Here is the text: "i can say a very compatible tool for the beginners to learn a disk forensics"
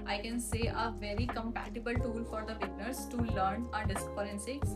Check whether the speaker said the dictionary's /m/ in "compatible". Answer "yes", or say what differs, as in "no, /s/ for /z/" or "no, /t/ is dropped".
yes